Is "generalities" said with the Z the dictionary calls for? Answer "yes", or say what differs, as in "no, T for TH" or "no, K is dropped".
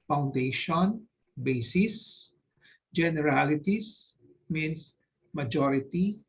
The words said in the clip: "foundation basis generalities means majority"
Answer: no, S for Z